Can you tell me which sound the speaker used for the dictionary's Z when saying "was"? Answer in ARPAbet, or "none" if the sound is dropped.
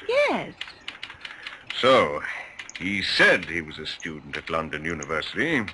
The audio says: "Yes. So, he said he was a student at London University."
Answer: Z